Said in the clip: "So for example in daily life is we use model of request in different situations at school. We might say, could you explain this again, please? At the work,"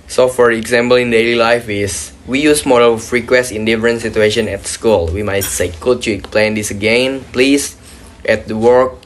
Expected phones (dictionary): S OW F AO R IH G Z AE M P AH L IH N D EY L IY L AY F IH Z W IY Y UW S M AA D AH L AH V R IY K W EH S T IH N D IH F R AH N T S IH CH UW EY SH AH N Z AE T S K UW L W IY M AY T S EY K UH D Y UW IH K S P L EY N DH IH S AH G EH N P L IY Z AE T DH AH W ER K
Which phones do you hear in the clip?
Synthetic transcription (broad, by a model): S OW F AO R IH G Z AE M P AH L IH N D EY L IY L AY F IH S W IY Y UW S M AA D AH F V R IY K W EH S T IH N D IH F R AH N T S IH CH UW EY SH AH N AE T S K UW L W IY M AY T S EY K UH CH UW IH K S P L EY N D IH S AH G EH N P L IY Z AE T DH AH W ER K